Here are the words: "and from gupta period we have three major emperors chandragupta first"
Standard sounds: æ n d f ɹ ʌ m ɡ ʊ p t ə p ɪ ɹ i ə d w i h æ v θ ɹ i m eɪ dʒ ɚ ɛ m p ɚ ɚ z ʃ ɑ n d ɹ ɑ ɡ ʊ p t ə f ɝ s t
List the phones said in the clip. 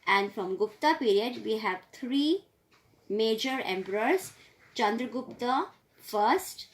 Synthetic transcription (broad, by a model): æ n d f ɹ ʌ m ɡ ʊ p t ə p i ɹ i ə d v i h æ v t ɹ i m eɪ dʒ ɚ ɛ m p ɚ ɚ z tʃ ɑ n d ɹ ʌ ɡ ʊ p t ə f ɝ s t